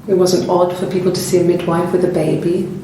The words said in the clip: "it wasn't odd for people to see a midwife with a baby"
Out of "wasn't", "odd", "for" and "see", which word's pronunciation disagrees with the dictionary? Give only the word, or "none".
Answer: none